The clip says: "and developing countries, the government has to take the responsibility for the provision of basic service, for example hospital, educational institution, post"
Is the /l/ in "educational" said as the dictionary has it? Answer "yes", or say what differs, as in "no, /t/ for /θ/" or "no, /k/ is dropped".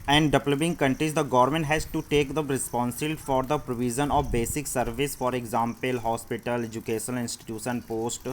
no, /n/ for /l/